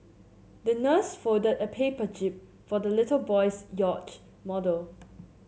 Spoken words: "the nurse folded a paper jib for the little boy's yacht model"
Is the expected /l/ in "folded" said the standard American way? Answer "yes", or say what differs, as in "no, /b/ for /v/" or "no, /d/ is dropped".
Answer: no, /l/ is dropped